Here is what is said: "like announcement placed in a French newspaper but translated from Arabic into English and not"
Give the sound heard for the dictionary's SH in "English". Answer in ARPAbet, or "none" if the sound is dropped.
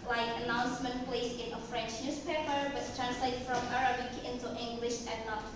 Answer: SH